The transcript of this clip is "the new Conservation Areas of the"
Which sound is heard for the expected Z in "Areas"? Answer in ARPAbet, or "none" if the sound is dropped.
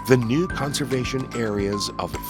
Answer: Z